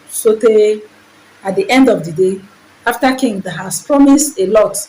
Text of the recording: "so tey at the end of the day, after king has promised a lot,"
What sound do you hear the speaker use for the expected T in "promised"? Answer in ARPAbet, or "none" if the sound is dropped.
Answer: T